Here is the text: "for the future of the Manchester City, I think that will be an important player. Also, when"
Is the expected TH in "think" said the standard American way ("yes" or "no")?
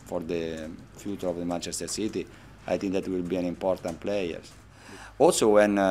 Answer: no